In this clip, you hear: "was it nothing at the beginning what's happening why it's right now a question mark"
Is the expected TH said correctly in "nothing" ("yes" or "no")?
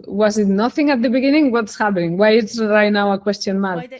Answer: yes